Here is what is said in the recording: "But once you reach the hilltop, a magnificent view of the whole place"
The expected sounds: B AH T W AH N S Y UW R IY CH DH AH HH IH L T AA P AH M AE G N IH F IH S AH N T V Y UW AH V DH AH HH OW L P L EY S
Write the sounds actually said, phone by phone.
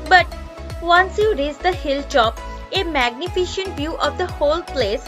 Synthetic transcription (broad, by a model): B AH T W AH N S Y UW R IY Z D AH HH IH L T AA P AH M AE G N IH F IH SH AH N T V Y UW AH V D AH HH OW L P L EY S